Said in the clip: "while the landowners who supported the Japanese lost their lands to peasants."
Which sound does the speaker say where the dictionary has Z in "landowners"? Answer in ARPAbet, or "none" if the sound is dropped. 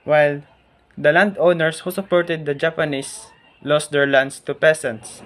S